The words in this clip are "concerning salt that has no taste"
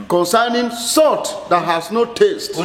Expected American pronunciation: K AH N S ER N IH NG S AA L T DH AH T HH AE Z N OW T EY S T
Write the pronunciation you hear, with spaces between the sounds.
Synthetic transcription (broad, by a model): K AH N S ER N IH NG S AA T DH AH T HH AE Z N OW T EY S T